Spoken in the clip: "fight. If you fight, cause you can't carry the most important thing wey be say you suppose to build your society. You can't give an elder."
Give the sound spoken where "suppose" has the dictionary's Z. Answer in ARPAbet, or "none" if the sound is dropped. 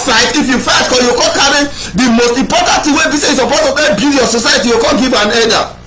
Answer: none